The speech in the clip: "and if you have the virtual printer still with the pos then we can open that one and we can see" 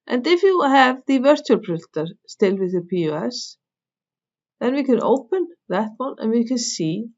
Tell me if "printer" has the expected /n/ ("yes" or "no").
no